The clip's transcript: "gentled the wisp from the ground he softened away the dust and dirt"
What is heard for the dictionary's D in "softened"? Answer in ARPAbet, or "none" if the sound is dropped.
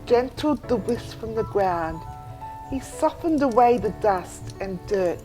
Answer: D